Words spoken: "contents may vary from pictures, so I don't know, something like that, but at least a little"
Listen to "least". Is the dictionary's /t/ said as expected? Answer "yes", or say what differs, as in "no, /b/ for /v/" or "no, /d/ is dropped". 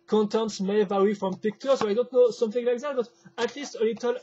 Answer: yes